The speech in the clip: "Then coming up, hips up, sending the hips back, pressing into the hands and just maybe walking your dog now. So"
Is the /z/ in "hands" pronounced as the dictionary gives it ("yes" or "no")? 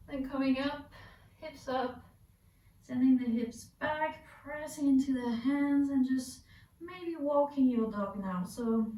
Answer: yes